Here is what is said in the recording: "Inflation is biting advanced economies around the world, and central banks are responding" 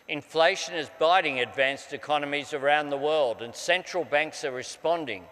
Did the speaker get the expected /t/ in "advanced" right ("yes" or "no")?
yes